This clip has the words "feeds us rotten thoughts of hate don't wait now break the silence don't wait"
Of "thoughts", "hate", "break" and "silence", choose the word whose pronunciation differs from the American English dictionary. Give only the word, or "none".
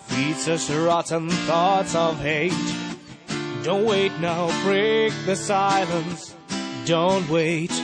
none